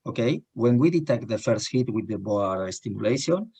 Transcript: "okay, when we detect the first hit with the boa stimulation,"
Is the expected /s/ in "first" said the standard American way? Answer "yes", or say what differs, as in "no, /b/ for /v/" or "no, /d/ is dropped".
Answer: yes